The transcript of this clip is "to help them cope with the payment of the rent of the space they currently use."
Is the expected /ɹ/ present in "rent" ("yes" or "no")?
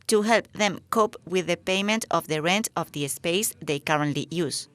yes